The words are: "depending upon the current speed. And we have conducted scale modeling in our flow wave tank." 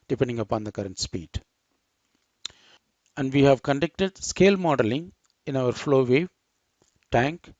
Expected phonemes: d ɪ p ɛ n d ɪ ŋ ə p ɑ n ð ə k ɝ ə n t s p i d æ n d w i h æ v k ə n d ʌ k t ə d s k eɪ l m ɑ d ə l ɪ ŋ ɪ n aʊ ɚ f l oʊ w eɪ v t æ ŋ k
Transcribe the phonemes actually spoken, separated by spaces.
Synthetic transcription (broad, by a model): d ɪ p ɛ n d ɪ ŋ ə p ɑ n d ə k ɝ ə n t s p i d æ n d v i h æ v k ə n d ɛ k t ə d s k eɪ l m ɑ d ə l ɪ ŋ ɪ n aʊ ɚ f l oʊ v eɪ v t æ ŋ k